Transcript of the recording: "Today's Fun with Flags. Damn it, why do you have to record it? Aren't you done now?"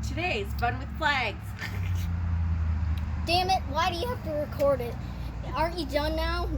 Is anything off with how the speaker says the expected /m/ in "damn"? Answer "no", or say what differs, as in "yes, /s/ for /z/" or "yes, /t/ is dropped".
no